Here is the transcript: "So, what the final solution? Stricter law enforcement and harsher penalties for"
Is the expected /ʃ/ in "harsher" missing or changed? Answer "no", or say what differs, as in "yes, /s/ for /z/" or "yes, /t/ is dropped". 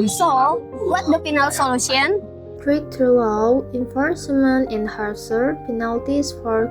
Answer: yes, /s/ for /ʃ/